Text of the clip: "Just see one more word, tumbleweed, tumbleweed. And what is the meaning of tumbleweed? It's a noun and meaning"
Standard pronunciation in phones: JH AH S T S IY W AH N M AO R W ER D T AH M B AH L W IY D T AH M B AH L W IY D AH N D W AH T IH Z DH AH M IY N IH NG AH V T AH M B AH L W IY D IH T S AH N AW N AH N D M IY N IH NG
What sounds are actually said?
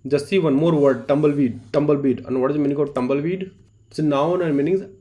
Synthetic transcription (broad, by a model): JH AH S T S IY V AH N M AO R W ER D T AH M B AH L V IY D T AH M B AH L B IY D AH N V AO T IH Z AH M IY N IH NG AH B T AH M B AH L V IY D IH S AH N AW N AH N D M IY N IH NG